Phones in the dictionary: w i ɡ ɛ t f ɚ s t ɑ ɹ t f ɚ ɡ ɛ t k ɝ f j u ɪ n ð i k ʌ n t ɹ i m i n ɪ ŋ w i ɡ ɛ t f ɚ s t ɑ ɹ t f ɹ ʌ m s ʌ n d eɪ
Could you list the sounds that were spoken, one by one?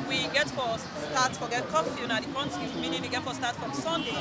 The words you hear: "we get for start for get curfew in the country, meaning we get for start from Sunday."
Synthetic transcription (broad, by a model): w i ɡ ɛ t f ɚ s t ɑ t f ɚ ɡ ɛ t k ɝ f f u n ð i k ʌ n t i m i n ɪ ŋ w i ɡ ɛ t f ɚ s t ɑ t f ɹ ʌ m s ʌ n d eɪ